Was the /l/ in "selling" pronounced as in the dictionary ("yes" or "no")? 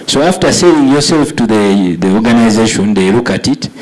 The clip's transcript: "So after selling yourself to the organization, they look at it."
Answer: no